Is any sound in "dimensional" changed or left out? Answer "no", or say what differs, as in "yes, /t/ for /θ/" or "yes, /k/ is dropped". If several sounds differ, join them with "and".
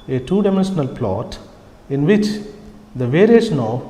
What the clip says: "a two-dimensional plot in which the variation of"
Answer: no